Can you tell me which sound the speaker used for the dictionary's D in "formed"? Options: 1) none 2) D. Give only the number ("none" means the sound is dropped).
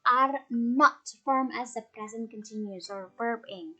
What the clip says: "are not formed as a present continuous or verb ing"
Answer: 1